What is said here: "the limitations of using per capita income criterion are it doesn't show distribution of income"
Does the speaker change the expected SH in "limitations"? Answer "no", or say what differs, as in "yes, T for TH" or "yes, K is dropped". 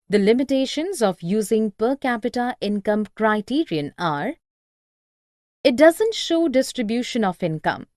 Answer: no